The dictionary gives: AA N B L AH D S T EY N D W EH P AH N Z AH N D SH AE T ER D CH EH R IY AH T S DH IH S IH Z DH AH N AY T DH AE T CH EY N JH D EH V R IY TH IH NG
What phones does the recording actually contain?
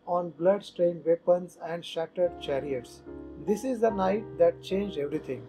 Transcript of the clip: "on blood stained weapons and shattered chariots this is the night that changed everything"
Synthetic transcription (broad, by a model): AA N B L AH D S T EY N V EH P AH N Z AH N D SH AE T ER D CH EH R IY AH T S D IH S IH Z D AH N AY T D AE T CH EY N JH EH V R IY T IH NG